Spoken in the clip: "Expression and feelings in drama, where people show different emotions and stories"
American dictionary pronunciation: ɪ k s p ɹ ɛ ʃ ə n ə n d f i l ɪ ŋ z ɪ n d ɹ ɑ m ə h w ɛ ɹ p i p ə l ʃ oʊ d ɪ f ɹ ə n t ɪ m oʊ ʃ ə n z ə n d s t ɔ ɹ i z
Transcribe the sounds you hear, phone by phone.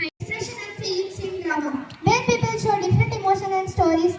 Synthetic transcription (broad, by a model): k s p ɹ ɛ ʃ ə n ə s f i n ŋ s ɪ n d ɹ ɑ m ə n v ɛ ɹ p i p ə l ʃ oʊ d ɪ f ɹ ə n t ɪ m oʊ ʃ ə n ə n d s t ɔ ɹ i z